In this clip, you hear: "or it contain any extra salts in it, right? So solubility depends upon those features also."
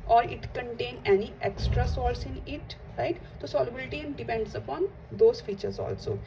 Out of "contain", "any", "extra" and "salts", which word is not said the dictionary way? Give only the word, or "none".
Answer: salts